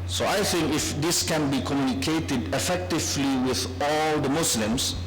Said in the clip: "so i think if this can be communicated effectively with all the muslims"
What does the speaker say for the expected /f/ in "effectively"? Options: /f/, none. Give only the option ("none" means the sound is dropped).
/f/